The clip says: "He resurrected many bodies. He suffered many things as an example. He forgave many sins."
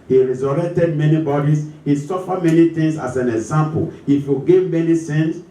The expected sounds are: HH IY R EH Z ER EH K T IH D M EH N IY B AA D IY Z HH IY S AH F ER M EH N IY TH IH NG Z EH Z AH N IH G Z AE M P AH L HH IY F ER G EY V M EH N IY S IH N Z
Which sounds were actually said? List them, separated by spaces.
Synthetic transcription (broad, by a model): HH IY R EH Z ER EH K T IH D M EH N IY B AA D IY S HH IY S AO F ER M EH N IY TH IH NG S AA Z AH N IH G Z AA M P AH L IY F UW G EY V M EH N IY S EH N